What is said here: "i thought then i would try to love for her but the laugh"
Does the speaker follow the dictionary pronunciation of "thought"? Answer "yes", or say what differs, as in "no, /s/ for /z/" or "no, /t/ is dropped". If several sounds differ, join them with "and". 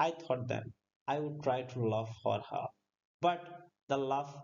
no, /t/ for /θ/